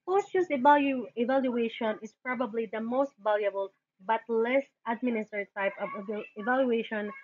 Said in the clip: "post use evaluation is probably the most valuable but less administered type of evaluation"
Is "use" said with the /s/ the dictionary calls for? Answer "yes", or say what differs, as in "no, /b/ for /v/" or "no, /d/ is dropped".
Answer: no, /s/ is dropped